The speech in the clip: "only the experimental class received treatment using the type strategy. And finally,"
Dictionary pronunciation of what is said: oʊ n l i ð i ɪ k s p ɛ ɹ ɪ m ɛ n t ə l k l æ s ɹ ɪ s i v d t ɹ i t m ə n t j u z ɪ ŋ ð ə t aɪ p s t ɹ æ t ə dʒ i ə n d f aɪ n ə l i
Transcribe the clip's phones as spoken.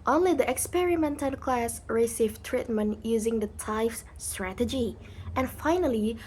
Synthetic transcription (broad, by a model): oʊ n l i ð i ɪ k s p ɛ ɹ ɪ m ɛ n t ə l k l æ s ɹ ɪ s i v t ɹ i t m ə n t j u z ɪ ŋ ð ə t aɪ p s t ɹ æ t ə dʒ i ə n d f aɪ n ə l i